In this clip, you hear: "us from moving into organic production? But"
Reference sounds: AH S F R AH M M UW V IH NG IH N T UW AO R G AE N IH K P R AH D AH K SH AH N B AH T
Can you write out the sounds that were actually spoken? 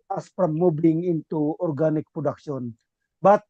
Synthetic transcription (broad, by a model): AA S P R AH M M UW B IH NG IH N T UW AO R G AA N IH K P R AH D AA K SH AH N B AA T